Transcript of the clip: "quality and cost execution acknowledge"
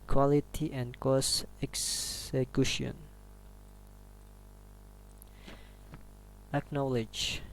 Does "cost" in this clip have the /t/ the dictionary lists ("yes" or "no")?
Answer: no